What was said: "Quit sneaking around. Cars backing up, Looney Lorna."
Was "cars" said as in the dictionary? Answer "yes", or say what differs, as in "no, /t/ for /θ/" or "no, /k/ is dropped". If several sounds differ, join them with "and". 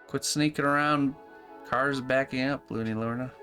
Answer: yes